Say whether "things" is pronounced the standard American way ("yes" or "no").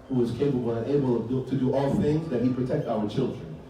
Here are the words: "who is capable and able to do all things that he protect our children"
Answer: yes